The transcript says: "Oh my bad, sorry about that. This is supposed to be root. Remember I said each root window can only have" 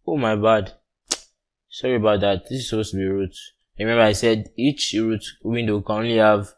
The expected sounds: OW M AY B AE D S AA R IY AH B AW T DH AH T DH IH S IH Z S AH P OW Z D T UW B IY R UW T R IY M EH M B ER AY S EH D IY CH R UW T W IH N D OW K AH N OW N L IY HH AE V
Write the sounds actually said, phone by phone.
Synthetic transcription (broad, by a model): OW M AY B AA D S AA R IY AH B AW T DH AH T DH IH S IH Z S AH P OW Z T UW B IY R UW T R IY M EH M B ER AY S EH D IY CH R UW T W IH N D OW K AH N OW N L IY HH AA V